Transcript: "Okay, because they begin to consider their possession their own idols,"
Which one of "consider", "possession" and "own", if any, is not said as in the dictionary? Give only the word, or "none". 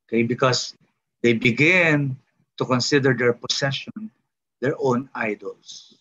possession